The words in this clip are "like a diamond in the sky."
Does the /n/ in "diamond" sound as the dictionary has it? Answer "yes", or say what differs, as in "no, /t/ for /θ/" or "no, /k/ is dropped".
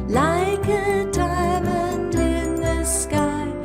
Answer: no, /n/ is dropped